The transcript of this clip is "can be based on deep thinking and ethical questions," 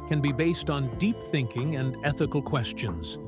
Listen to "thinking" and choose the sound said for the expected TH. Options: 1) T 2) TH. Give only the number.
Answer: 2